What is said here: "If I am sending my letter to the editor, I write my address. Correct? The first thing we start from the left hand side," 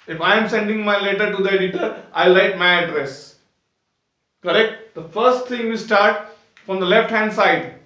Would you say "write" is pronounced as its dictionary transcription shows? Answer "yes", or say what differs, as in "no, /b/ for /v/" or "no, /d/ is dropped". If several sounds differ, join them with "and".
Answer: no, /l/ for /ɹ/